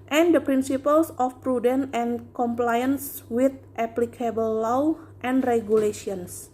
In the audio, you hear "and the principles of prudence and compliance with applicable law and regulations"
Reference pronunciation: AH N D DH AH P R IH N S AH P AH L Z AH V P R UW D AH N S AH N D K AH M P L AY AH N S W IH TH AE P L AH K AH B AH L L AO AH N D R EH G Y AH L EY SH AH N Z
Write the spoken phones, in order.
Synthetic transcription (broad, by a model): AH N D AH P R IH N S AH P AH L S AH F P R UW D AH N AH N K AH M P L AY AH N S W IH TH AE P L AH K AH B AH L L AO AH N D R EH G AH L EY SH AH N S